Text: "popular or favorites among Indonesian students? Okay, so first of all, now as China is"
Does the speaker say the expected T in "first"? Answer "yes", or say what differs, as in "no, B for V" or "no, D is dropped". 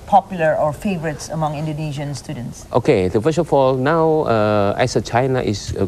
no, T is dropped